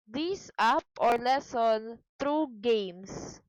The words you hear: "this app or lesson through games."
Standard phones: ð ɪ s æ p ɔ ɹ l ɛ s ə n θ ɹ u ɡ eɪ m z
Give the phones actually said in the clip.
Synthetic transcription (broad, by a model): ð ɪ s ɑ p ɔ ɹ l ɛ s ə n t ɹ u ɡ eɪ m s